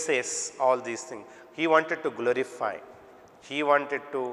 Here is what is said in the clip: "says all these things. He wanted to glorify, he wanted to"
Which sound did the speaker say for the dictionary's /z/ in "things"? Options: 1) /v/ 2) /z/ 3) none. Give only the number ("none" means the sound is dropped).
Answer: 3